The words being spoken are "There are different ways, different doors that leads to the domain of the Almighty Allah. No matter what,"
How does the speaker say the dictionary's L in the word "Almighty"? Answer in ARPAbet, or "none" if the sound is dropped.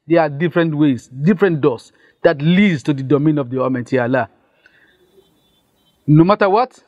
none